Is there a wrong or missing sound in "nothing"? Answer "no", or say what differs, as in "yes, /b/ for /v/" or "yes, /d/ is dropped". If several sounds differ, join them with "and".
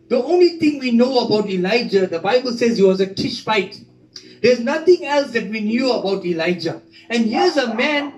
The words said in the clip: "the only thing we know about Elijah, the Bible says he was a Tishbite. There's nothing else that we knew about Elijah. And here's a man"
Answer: yes, /t/ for /θ/